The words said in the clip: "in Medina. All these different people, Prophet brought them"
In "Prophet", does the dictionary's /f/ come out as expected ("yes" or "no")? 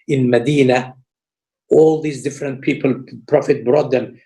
yes